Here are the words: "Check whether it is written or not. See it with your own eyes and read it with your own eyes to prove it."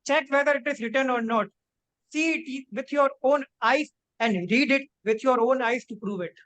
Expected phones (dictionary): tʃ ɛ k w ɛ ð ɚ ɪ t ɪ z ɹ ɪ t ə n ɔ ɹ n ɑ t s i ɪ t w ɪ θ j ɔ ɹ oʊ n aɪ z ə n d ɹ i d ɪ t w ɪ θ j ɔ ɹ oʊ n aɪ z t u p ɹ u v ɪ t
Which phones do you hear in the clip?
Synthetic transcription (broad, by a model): tʃ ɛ k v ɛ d ɚ ɪ t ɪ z ɹ ɪ t ə n ɔ ɹ n ɑ t s i ɪ t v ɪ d j ɔ ɹ oʊ n aɪ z ə n d ɹ i d ɪ t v ɪ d j ɔ ɹ oʊ n aɪ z t u p ɹ u v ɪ t